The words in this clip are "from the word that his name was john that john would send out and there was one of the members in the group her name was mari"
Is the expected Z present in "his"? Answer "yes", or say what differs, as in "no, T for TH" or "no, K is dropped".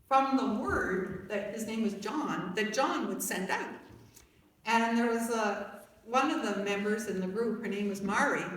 yes